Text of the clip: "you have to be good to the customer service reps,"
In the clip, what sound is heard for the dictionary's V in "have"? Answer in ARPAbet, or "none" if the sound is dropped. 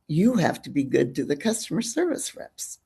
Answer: F